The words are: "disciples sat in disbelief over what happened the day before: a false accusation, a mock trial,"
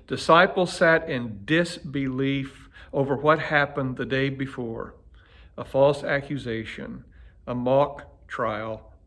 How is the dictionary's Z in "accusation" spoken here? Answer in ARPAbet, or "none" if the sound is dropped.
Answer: Z